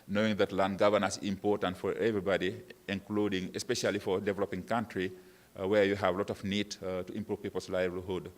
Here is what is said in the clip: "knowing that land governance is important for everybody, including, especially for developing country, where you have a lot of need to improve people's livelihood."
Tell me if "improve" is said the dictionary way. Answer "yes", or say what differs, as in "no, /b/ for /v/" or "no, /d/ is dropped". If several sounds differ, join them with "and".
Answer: yes